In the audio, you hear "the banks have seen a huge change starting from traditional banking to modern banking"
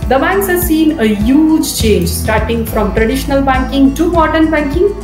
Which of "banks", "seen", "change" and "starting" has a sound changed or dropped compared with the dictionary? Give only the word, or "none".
none